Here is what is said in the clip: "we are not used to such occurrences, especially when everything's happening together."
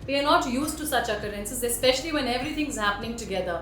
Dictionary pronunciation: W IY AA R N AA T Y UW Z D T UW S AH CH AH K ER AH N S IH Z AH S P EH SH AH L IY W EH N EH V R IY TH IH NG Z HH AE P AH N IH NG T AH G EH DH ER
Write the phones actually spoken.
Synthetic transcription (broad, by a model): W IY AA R N AA T Y UW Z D T UW S AH CH AH K ER AH N S IH Z AH S P EH SH AH L IY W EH N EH V R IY T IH NG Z HH AE P AH N IH NG T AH G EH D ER